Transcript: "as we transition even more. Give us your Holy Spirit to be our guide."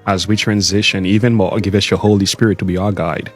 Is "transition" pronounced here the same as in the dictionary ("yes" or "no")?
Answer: yes